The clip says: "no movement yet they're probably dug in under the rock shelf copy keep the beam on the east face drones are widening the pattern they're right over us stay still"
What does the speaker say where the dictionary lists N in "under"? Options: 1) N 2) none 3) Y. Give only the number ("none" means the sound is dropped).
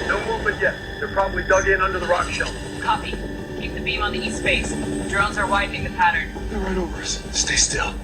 1